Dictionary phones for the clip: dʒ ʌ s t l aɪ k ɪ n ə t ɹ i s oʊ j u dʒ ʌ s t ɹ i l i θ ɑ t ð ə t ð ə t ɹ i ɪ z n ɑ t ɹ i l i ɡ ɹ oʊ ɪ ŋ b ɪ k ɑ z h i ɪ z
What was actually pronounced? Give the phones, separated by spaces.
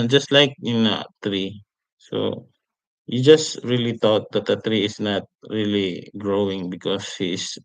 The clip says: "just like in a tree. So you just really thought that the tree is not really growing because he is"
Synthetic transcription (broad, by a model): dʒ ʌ s t l aɪ k ɪ n ə t ɹ i s oʊ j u dʒ ʌ s t ɹ i l i t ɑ t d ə t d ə t ɹ i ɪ s n ɑ t ɹ i l i ɡ ɹ oʊ ɪ ŋ b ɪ k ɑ s h i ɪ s